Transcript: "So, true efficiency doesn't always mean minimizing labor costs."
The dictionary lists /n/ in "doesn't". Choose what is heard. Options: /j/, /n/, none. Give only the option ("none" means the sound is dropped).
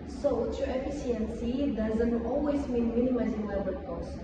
/n/